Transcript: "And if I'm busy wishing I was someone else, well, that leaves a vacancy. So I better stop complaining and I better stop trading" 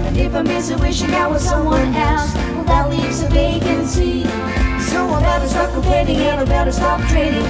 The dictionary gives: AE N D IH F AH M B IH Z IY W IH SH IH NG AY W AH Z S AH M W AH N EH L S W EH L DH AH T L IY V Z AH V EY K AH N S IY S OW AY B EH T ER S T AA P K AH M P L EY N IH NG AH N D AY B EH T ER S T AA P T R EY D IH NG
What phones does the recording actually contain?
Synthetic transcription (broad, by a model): IH F AH M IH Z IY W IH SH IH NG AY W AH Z S AH M W AH N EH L S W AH DH AH T L IY V Z AH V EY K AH N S IY S OW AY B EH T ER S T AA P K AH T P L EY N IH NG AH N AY B EH T ER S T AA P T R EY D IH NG